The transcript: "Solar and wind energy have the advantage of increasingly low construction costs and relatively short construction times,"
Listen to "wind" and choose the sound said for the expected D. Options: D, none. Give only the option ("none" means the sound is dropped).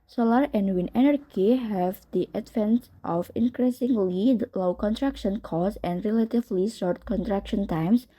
none